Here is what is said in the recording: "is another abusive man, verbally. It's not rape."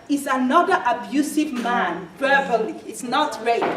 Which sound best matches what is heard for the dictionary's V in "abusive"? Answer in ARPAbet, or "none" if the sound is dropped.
V